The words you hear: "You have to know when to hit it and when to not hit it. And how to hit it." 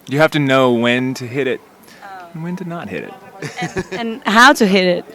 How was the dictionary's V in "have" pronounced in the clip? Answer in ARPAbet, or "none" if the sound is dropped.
F